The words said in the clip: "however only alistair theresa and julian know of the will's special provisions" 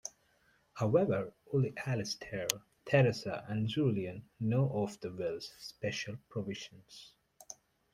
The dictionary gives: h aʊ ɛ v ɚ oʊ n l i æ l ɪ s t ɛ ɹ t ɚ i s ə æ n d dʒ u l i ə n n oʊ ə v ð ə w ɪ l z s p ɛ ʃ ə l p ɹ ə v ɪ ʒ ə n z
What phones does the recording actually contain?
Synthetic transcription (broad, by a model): h aʊ ɛ v ɚ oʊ l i æ l ɪ s t ɛ ɹ t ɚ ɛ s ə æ n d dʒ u l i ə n n oʊ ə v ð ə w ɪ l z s p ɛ ʃ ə l p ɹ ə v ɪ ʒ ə n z